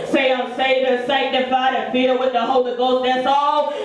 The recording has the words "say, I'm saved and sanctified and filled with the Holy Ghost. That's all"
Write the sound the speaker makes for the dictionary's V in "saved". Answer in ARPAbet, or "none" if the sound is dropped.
none